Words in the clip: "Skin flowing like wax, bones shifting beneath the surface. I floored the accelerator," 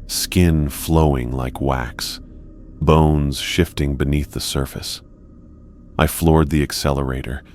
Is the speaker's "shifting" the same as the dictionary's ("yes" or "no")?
yes